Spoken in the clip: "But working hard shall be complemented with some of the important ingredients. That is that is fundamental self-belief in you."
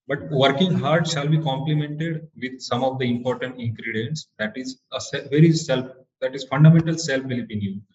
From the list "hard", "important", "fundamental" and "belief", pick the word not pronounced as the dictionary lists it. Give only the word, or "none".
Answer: belief